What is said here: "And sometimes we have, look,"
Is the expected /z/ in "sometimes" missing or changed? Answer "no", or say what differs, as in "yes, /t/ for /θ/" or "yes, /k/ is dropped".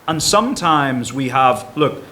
no